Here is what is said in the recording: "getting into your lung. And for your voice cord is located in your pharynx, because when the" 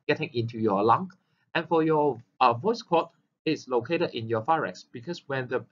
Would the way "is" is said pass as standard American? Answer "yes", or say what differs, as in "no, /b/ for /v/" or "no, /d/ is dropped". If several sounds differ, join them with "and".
no, /s/ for /z/